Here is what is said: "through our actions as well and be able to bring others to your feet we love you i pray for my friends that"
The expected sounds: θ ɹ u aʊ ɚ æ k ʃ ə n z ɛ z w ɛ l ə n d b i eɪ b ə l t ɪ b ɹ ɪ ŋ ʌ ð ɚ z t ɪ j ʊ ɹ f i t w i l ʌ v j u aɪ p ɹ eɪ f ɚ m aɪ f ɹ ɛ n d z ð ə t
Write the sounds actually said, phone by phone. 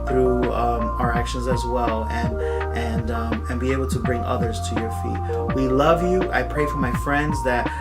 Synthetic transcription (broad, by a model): θ ɹ u aʊ ɚ æ k ʃ ə n z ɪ z w ɛ l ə n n b i eɪ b l t ɪ b ɹ ɪ ŋ ʌ ð ɚ z t ɪ j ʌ ɹ f i t w i l ʌ v j u aɪ p ɹ eɪ f ɚ m aɪ f ɹ ɛ n d z ð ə t